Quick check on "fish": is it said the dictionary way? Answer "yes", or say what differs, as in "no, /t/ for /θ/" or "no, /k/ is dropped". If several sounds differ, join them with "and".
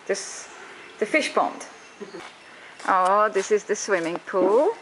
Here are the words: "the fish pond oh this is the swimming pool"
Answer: yes